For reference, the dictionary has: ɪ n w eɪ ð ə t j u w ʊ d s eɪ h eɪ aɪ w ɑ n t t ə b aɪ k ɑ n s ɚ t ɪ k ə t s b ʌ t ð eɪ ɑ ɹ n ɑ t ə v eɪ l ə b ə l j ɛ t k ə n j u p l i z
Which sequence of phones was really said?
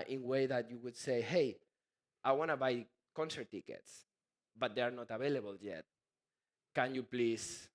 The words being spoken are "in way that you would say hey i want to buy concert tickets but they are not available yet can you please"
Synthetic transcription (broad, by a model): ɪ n w eɪ ð ə t j u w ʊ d s eɪ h eɪ aɪ w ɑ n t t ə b aɪ k ɑ n s ɚ t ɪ k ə t s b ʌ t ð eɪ ɑ ɹ n ɑ t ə b eɪ l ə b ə l j ɛ t k ə n j u p l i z